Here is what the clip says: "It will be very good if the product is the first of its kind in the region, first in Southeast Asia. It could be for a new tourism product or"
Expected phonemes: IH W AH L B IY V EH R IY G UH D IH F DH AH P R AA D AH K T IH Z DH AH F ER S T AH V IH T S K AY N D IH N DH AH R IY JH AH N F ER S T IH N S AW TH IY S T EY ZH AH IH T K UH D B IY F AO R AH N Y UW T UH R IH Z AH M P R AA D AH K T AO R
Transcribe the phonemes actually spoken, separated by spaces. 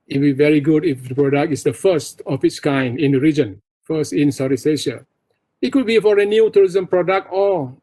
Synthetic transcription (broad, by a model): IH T B IY V EH R IY G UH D IH F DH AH P R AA D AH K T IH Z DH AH F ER S T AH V IH T S K AY N D IH N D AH R IY JH AH N F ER S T IH N S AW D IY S EY SH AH IH T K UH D B IY F AO R AH N Y UW T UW R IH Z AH M P R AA D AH K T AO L